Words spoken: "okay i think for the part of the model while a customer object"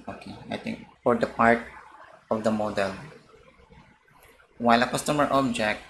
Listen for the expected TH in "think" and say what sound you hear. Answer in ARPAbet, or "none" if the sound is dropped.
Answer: T